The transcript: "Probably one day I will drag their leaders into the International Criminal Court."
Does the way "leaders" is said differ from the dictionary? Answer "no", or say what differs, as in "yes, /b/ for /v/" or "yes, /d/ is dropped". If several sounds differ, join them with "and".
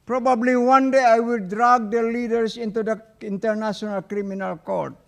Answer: yes, /s/ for /z/